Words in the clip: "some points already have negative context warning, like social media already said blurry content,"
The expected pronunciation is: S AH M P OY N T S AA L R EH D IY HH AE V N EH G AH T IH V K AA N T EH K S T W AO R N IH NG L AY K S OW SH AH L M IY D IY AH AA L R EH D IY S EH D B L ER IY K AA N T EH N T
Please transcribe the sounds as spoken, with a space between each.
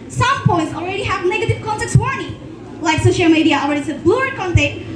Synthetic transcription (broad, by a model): S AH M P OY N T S AA L R EH D IY HH AE V N EH G AH T IH V K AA N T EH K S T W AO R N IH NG L AY K S OW SH AH L M IY D IY AH AA L R EH D IY S EH D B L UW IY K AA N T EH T